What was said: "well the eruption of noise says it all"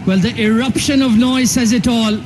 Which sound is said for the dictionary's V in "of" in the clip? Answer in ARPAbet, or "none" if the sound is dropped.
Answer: V